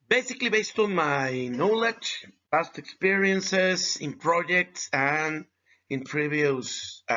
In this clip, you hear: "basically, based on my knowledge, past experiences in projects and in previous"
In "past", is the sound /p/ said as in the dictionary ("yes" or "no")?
no